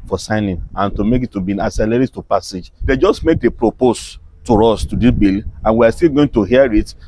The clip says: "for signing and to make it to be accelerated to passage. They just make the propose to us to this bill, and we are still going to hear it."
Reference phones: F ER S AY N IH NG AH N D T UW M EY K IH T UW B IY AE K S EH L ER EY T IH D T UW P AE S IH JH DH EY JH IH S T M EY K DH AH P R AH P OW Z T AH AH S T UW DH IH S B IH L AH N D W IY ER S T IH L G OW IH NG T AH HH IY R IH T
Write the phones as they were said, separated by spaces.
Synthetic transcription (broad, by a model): F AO S AY N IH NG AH N T UW M EY K IH T UW B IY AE S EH L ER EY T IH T T UW P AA S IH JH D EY JH IH S T M EY K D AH P R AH P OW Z T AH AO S T UW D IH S B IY L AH N W IY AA S T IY L G OW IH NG T AH HH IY R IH T